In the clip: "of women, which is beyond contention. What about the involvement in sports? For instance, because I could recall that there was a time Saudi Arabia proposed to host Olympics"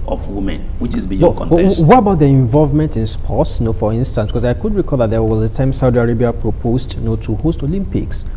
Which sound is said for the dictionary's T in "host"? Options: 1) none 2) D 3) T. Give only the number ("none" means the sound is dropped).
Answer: 3